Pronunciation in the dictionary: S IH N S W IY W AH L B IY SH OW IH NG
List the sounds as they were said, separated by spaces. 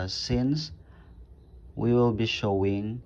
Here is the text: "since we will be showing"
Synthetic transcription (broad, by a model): S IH N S W IY W AH L B IY SH OW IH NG